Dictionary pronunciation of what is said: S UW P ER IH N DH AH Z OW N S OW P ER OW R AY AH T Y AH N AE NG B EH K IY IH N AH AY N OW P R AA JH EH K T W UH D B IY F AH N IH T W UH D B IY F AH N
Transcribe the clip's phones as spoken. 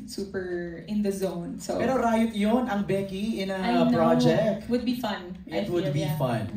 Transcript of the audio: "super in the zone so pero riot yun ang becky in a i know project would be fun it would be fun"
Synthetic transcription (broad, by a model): S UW P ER IH N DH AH Z OW N S OW B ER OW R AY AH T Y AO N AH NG B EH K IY IH N AH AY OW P R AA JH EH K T W UH D B IY F AH N IH T W UH D B IY F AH N